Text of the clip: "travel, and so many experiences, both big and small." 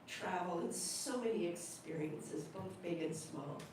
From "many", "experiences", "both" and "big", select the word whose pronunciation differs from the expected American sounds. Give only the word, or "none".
none